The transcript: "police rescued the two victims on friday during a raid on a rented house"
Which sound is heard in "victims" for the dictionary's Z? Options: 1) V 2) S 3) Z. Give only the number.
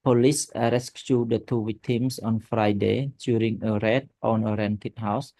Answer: 2